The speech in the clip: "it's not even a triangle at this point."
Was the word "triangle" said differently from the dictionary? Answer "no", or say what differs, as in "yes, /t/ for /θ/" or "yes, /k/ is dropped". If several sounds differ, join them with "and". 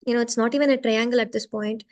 no